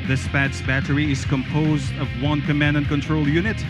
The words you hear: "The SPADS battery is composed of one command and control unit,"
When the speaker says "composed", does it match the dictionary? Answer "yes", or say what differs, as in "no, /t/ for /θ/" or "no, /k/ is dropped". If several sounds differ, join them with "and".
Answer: yes